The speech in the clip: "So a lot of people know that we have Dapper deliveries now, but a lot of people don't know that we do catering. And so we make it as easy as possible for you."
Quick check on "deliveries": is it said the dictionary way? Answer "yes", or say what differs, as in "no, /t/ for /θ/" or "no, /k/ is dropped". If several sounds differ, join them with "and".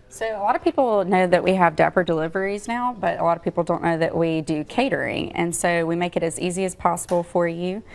yes